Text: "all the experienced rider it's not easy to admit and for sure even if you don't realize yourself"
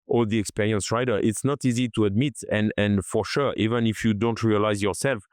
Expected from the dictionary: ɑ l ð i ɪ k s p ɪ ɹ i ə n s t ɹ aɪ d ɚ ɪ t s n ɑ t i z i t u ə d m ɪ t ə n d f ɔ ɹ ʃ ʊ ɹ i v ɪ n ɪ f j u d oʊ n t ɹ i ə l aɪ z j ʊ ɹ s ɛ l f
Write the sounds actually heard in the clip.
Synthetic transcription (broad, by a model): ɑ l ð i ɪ k s p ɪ ɹ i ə n s ɹ aɪ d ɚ ɪ t s n ɑ t i z i t u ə d m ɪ t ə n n f ɔ ɹ ʃ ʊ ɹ i v ɪ n ɪ f j u d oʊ n t ɹ i ə l aɪ z j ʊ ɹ s ɛ l f